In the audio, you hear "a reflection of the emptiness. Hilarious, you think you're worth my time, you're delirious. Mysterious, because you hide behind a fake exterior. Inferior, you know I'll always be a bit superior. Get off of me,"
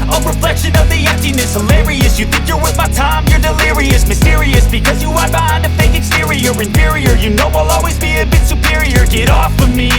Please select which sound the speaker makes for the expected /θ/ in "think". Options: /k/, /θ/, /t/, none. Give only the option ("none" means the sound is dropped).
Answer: /θ/